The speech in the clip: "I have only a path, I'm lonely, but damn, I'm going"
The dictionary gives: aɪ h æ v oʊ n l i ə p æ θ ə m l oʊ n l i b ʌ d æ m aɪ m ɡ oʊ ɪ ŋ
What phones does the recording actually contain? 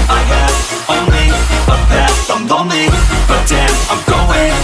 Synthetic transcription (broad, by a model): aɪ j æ oʊ n l i ə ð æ s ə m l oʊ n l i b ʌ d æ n aɪ m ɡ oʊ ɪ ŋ